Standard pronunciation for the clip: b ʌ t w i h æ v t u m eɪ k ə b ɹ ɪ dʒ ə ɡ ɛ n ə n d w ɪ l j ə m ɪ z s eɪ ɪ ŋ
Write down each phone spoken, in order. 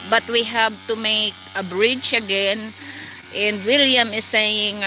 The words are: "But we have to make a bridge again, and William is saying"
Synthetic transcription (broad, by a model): b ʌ t w i h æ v t u m eɪ k ə b ɹ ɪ tʃ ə ɡ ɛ n ə n d w ɪ l j ə m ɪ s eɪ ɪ ŋ